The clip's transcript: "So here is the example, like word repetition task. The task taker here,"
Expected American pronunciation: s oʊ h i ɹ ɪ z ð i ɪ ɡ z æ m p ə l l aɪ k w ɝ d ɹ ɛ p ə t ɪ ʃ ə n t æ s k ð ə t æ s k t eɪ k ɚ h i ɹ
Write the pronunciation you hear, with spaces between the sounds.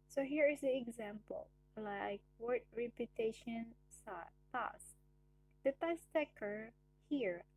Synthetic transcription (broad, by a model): s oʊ h i ɹ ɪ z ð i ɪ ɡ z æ m p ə l l aɪ k w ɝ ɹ ɹ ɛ p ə t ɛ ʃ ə n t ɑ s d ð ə t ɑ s t eɪ k ɚ h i ɹ